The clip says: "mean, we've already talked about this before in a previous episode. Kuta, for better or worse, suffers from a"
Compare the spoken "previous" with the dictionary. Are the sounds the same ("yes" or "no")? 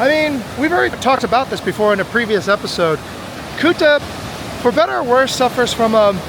yes